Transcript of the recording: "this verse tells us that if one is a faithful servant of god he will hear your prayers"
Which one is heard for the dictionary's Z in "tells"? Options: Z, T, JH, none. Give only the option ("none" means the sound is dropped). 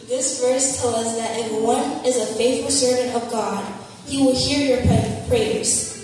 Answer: none